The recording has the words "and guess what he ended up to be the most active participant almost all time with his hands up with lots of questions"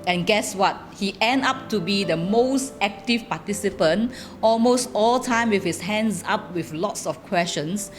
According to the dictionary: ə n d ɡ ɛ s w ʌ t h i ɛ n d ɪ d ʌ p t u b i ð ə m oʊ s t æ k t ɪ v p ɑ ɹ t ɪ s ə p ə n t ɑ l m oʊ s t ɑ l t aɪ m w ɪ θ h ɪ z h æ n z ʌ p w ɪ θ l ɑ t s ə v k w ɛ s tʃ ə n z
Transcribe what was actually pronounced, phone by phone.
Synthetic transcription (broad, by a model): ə n ɡ ɛ s w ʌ t h i ɛ n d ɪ p t u b i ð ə m oʊ s t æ k t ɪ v p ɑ t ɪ s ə p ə n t ɑ l m oʊ s t ɑ l t aɪ m w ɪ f h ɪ s h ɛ n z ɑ p w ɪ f l ɑ t s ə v k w ɛ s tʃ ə n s